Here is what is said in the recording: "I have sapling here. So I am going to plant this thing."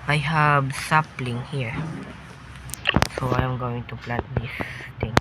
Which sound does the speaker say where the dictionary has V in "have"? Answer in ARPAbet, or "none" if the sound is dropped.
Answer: B